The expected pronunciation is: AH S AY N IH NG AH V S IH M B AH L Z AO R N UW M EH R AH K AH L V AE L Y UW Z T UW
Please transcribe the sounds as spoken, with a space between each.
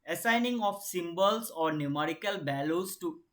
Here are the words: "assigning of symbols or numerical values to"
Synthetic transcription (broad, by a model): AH S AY N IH NG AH F S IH M B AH L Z AO R N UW M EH R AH K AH L B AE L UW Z T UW